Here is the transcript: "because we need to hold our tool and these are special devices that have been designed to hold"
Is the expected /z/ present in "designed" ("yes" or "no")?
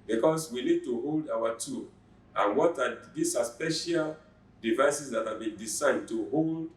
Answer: no